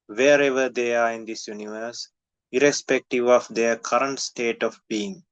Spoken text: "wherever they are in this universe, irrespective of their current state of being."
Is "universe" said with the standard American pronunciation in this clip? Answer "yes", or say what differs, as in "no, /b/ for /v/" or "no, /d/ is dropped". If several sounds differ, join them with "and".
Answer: yes